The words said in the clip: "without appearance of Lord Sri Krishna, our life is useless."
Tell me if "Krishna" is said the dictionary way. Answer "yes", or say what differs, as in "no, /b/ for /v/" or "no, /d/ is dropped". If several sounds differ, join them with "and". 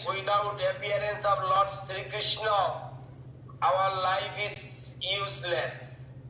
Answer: yes